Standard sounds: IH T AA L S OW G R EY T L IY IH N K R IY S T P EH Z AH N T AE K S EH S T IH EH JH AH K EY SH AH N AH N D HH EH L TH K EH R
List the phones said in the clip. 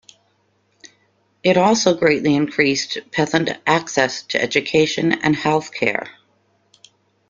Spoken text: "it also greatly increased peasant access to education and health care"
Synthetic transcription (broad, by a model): IH T AA L S OW G R EY T L IY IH N K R IY S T P EH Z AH N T AE K S EH S T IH EH JH AH K EY SH AH N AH N HH EH L TH K EH R